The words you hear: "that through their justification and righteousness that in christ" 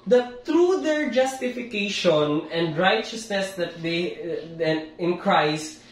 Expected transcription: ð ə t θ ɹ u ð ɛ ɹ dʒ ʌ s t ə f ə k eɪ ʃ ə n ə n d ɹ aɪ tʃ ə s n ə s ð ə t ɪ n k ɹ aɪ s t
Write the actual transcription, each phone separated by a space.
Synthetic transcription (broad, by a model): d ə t t ɹ u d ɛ ɹ dʒ ʌ s t ə f ə k eɪ ʃ ə n ə n d ɹ aɪ tʃ ə s n ə s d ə t ɪ n k ɹ aɪ s t